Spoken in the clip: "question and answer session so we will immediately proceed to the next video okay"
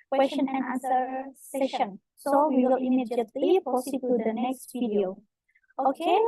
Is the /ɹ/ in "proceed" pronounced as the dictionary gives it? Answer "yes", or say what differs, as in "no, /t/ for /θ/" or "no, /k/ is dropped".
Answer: no, /ɹ/ is dropped